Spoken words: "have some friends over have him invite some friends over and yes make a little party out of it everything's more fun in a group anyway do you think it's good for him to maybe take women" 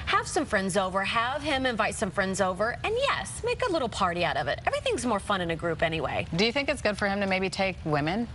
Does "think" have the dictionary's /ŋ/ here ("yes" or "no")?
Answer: yes